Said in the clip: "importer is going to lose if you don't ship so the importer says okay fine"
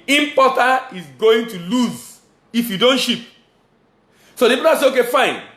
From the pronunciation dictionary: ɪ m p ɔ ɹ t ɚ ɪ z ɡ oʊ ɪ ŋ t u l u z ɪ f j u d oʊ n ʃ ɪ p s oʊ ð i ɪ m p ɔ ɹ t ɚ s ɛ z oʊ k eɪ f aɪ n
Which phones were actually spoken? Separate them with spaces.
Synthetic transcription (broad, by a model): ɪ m p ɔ t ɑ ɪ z ɡ oʊ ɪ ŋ t u l u z ɪ f j u d oʊ n ʃ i p s oʊ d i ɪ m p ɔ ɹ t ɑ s ɛ oʊ k eɪ f aɪ n